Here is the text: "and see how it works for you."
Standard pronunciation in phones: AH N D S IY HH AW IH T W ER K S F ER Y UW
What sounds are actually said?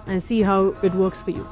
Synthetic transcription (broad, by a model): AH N S IY HH AW IH T W ER K S F ER Y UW